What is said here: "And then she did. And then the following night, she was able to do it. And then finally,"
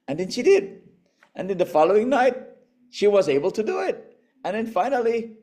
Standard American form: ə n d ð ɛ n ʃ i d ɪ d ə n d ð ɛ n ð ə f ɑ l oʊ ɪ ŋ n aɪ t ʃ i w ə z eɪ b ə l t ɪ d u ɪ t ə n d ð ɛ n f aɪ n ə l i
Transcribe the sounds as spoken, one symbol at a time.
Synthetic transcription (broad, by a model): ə n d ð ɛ n ʃ i d ɪ d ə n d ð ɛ n ð ə f ɑ l oʊ ɪ ŋ n aɪ t ʃ i w ə z eɪ b ə l t ɪ d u ɪ t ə n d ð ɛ n f aɪ n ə l i